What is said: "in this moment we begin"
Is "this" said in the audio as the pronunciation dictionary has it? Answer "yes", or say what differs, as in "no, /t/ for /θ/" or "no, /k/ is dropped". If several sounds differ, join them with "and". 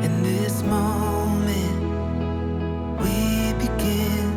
yes